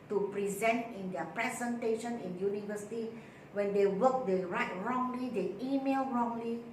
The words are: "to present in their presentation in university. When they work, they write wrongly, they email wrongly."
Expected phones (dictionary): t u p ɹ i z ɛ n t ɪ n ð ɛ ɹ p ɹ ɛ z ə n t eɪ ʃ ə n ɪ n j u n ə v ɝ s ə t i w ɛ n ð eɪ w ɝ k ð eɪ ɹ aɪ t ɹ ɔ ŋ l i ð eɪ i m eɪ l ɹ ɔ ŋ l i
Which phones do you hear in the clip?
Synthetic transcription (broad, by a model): t u p ɹ i z ɛ n t ɪ n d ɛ p ɹ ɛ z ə n t eɪ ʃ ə n ɪ n j u n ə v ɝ s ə t i w ɛ n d eɪ w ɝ k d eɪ ɹ aɪ t ɹ ɔ ŋ l i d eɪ i m eɪ l ɹ ɔ ŋ l i